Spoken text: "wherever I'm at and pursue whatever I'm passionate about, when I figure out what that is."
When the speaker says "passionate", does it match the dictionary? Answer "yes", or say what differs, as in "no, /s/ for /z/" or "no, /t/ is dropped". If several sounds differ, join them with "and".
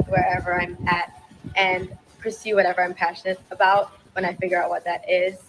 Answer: yes